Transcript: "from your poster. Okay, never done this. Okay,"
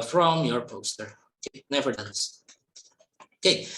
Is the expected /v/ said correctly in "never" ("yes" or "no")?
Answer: yes